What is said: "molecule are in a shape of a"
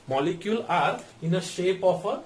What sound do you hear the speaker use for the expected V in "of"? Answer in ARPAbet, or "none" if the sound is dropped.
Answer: P